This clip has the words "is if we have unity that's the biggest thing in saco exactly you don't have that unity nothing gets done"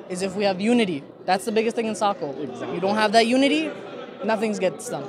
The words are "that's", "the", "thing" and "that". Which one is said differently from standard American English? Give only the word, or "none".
none